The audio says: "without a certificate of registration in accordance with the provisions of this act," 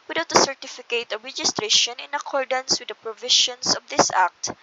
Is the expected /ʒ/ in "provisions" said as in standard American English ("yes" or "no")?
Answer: no